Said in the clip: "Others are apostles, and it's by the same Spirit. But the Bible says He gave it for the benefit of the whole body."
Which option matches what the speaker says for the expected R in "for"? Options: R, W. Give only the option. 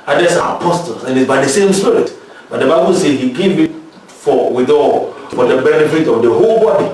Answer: W